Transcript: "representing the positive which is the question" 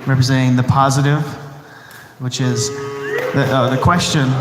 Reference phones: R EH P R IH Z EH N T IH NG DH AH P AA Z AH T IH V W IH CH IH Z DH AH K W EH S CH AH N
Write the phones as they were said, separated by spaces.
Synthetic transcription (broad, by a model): R EH P R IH Z EH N T IH NG DH AH P AA Z AH T IH V W IH CH IH Z DH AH K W EH S CH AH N